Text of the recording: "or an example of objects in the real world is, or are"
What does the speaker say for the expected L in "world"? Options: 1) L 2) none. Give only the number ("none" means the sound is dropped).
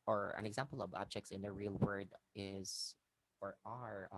2